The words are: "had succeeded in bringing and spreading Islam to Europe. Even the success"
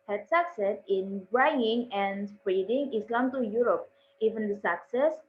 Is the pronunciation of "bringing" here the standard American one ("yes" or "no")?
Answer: no